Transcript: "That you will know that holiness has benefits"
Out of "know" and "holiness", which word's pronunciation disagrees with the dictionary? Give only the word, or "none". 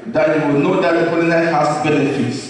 holiness